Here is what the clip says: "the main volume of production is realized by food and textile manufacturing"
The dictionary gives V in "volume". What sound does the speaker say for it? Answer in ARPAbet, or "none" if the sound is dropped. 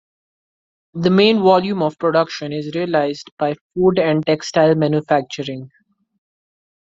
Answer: V